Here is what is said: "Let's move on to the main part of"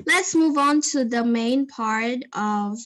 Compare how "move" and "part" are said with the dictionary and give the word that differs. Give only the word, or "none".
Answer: none